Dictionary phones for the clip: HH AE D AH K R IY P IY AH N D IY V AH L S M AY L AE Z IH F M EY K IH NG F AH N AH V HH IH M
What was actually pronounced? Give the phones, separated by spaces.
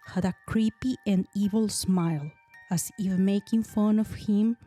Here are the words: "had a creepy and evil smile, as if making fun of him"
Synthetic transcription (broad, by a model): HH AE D AH K R IY P IY AH N D IY V AH L S M AY L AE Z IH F M EY K IH NG F AH N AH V HH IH M